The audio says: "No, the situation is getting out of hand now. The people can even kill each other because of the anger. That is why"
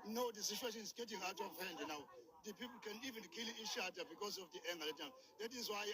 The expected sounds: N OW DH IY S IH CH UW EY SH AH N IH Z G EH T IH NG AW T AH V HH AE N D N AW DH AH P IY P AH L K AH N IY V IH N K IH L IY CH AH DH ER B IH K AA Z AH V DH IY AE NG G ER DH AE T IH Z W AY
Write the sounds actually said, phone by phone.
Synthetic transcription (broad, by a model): N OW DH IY S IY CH UW EY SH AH N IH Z G EH T IH NG AW T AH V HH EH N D N AW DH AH P IY P L K AH N IY V IH N K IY L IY SH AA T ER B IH K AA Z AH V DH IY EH NG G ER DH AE T IH Z W AY